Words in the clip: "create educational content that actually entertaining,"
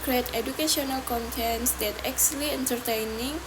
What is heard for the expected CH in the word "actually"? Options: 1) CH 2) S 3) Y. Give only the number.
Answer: 2